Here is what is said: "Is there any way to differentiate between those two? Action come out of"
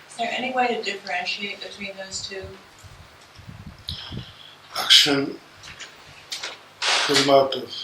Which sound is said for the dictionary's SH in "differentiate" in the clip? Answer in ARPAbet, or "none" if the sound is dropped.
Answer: SH